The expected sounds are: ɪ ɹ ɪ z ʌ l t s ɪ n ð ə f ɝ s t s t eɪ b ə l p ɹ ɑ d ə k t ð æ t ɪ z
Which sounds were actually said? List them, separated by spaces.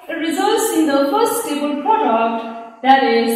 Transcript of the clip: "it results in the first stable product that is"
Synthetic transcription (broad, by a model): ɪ ɹ ɪ z ʌ l t s ɪ n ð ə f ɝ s s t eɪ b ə l p ɹ ɑ d ə k t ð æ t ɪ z